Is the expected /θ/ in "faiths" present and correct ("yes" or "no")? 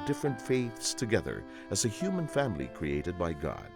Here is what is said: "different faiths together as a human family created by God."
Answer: yes